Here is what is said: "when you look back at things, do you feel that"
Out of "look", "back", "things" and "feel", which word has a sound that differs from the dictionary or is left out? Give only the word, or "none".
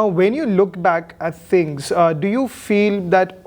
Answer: things